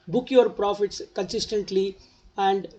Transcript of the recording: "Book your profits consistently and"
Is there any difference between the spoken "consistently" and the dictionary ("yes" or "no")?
no